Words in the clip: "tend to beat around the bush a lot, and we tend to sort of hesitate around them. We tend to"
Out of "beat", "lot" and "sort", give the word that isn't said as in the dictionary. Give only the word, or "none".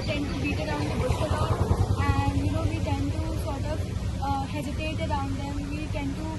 lot